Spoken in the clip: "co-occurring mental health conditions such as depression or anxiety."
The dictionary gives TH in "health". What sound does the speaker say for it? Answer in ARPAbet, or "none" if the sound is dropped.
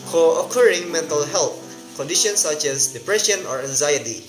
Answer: T